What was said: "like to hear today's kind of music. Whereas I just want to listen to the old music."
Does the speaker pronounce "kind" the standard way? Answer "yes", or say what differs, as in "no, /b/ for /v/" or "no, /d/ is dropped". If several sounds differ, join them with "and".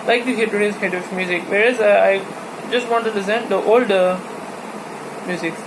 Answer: no, /n/ is dropped